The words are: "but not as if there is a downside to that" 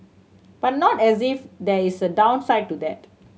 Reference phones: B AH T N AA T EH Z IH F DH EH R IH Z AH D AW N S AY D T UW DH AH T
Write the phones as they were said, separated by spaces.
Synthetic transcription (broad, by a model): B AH T N AA T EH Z IH F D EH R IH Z AH D AW N S AY D T UW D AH T